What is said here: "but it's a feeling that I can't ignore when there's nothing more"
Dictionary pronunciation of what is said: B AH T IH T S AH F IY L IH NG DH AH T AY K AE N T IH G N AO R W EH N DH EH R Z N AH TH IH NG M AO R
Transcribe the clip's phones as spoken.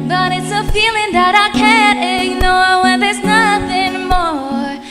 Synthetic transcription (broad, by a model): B AH T IH T S AH F IY L IH NG DH AH T AY K AE N T IH G N AO R W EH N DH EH R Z N AH TH IH NG M AO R